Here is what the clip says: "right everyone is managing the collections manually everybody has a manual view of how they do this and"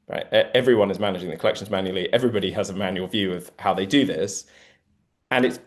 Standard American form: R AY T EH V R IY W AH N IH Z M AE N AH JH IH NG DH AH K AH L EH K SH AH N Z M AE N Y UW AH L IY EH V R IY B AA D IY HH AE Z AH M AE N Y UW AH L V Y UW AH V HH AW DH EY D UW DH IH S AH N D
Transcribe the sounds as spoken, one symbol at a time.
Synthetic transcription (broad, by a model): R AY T EH V R IY W AH N IH Z M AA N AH JH IH NG DH AH K AH L EH K SH AH N Z M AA N Y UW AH L IY EH V R IY B AA D IY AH Z AH M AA N Y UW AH L V Y UW AH V HH AW DH EY D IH DH IH S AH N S